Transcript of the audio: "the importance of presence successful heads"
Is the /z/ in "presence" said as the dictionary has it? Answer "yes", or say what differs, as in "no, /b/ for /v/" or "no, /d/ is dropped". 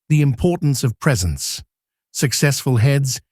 yes